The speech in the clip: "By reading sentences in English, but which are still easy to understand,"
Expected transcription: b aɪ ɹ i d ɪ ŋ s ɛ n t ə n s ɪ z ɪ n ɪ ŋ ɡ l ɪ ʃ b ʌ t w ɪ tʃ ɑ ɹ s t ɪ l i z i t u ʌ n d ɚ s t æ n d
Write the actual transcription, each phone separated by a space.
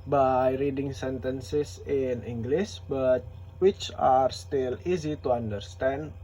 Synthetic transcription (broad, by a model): b aɪ ɹ i d ɪ ŋ s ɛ n t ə n s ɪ s ɪ n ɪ ŋ ɡ l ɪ s b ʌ t w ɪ tʃ ɑ ɹ s t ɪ l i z i t u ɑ n d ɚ s t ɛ n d